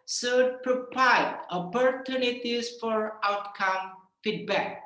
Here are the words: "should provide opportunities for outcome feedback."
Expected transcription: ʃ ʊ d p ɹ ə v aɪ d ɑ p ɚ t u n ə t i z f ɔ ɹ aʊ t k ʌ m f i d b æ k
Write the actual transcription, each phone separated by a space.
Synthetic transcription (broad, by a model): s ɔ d p ɹ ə p aɪ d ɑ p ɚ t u n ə t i s f ɔ ɹ aʊ t k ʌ m f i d b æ k